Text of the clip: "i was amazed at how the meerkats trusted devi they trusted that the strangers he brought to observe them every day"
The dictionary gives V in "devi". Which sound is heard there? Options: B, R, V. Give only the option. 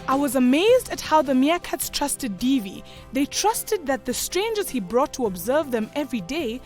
V